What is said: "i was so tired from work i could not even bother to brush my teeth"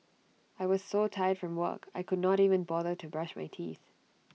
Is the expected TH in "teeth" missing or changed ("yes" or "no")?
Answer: no